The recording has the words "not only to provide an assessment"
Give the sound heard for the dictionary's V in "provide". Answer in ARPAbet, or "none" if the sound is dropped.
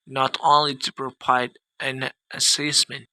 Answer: P